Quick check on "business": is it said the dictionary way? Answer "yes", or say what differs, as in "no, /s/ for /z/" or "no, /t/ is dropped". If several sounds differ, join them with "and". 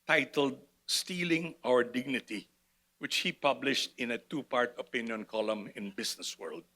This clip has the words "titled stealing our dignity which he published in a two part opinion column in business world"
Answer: no, /s/ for /z/